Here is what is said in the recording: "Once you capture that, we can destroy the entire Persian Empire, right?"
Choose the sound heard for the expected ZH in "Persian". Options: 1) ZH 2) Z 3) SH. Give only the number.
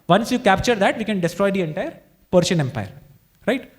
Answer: 3